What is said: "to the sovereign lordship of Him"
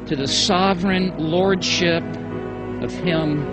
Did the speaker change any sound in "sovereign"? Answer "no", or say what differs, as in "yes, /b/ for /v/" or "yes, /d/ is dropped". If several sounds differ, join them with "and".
no